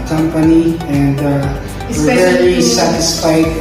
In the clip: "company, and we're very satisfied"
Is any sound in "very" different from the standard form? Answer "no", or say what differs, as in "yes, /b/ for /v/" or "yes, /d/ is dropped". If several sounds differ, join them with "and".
yes, /l/ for /ɹ/